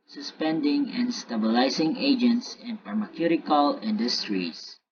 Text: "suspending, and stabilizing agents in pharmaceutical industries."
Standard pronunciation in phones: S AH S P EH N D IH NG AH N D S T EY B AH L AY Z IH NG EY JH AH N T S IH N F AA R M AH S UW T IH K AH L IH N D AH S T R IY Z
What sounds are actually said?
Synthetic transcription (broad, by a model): S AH S P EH N D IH NG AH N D S T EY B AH L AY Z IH NG EY JH AH N T S IH N P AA R M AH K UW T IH K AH L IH N D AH S T R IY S